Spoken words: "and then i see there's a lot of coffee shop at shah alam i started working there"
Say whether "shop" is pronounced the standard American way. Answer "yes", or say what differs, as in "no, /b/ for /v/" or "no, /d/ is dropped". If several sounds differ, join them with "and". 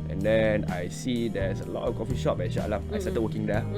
no, /b/ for /p/